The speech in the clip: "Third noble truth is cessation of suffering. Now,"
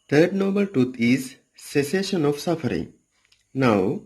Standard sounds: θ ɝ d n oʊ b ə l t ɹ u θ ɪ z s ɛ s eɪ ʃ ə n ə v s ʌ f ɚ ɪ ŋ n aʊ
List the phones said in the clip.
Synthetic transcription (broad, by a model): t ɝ d n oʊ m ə l t ɹ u t ɪ z s ɛ s eɪ ʃ ə n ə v s ʌ f ɚ ɪ ŋ n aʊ